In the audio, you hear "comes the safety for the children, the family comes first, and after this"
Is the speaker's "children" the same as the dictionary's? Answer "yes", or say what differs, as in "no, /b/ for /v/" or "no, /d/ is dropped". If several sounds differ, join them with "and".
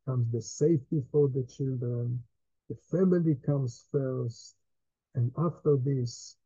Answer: yes